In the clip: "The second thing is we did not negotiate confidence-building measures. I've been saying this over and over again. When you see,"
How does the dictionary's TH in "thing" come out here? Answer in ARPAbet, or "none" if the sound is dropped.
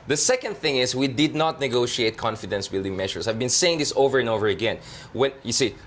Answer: TH